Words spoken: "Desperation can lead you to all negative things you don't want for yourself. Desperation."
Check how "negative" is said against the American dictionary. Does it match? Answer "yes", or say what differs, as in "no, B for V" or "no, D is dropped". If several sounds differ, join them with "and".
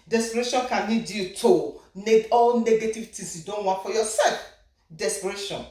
yes